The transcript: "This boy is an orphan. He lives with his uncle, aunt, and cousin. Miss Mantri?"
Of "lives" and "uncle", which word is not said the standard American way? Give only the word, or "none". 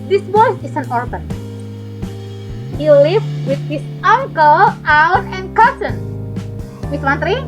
lives